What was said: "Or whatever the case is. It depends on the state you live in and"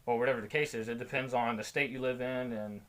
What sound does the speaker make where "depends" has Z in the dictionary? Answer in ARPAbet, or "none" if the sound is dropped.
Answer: Z